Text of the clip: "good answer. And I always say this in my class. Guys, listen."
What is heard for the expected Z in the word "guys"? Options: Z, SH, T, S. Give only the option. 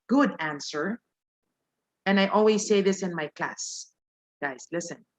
S